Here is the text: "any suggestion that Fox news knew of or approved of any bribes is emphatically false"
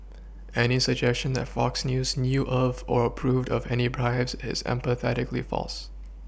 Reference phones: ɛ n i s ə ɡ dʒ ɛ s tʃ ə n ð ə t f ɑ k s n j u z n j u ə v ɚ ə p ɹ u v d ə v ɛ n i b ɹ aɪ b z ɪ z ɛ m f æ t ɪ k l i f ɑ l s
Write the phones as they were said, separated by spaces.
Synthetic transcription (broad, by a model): ɛ n i s ə ɡ dʒ ɛ s tʃ ə n ð ə t f ɑ k s n j u z n j u ə v ɚ ə p ɹ u v d ə v ɛ n i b ɹ aɪ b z ɪ z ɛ m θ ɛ t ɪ k l i f ɑ l s